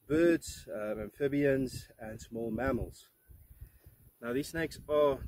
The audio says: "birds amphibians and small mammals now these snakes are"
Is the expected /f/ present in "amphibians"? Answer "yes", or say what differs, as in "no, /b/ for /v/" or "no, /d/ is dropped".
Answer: yes